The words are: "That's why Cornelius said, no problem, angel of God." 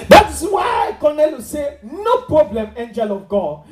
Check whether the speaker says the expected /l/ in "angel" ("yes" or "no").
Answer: yes